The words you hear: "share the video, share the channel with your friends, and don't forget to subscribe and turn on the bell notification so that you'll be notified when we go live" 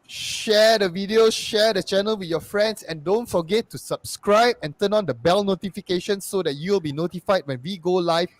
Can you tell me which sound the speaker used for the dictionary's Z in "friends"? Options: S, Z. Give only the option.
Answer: S